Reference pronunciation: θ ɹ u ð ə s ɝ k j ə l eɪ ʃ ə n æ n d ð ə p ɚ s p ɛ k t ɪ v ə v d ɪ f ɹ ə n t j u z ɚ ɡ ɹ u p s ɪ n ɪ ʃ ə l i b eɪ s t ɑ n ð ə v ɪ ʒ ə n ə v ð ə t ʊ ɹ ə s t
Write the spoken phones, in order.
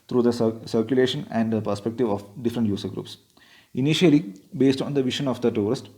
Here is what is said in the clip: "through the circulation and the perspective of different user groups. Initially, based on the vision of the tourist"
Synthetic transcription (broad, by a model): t ɹ u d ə s ɝ k j ə l eɪ ʃ ə n æ n d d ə p ɚ s p ɛ k t ɪ v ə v d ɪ f ɹ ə n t j u s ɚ ɡ ɹ u p s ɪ n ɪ ʃ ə l i b eɪ s t ɑ n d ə v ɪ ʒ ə n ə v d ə t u ɹ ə s t